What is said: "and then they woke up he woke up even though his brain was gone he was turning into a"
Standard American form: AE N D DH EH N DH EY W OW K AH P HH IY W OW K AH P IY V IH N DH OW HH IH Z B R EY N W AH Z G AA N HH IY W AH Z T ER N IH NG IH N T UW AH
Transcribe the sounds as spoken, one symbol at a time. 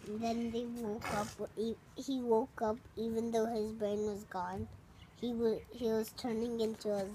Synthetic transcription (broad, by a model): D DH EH N DH EY W OW K AH P HH IY W OW K AH P IY V IH N DH OW HH IH Z B R EY N W AH Z G AA N HH IY W AH Z T ER N IH NG IH N T UW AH